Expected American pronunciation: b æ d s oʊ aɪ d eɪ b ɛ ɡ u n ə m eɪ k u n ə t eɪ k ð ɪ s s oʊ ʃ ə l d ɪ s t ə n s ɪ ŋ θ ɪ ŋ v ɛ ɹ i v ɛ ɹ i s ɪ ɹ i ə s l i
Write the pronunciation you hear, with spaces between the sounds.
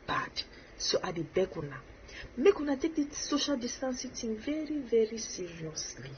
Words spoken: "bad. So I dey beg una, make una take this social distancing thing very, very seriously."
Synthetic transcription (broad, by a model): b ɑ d s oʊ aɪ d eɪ b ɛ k u n ə m eɪ k u n ə t eɪ k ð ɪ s s oʊ ʃ ə l d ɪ s t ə n s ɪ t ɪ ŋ v ɛ ɹ i v ɛ ɹ i s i ɹ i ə s l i